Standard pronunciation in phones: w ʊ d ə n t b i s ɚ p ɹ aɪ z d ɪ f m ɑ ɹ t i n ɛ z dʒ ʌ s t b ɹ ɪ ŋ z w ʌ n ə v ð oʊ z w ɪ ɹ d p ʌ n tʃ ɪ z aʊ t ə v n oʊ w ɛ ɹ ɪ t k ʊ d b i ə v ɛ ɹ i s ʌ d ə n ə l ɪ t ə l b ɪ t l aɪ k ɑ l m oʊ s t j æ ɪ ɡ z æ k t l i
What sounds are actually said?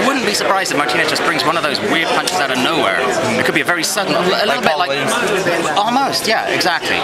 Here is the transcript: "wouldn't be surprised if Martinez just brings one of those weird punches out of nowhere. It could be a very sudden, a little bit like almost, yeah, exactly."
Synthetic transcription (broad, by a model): w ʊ d n b i s ɚ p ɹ aɪ z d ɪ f m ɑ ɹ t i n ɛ dʒ ʌ s b ɹ ɪ ŋ z w ʌ n ə v ð oʊ z w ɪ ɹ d p ʌ n tʃ ɪ z aʊ t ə n oʊ w ɛ ɹ ɪ t k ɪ d b i ə v ɛ ɹ i s ʌ d n ə l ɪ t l b ɪ t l aɪ ɑ l m oʊ s t j æ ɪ ɡ z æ k t l i